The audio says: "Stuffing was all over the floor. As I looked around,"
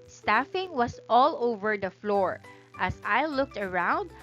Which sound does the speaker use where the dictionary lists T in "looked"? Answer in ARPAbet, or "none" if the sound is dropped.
T